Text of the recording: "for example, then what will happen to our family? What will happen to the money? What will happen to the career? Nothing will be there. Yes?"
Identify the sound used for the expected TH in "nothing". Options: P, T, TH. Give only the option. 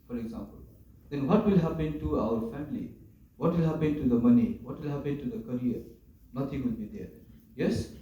T